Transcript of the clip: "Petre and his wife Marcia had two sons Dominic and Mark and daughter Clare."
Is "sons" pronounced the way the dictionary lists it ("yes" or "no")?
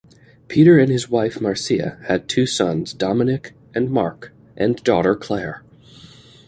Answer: yes